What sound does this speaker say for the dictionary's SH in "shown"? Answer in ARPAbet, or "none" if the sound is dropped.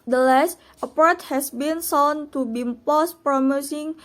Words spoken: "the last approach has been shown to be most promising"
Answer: S